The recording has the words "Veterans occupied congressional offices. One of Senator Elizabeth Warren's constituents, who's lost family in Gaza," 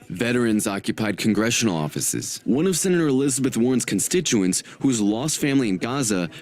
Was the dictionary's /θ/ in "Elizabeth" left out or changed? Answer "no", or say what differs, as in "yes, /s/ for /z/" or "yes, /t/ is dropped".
no